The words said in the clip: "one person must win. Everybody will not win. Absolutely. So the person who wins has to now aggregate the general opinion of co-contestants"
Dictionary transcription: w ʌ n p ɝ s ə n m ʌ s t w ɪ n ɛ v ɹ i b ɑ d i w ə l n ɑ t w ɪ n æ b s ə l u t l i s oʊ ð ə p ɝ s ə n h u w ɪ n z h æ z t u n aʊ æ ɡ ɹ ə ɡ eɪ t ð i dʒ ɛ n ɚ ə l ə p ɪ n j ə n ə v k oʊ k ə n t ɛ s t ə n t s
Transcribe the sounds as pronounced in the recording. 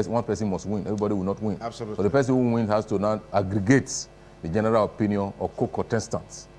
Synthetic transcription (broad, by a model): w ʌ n p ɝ s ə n m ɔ s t w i n ɛ v ɹ i b ɑ d i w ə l n ɑ t w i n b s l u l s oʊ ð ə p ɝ s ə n h u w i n h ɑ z t u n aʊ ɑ ɡ ɹ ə ɡ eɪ t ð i dʒ ɛ n ɚ ə l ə p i n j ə n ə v k oʊ k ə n t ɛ s t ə n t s